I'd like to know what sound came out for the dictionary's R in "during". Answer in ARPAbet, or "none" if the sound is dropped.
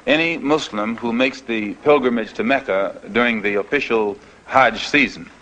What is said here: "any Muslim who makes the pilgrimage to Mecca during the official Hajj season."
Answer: R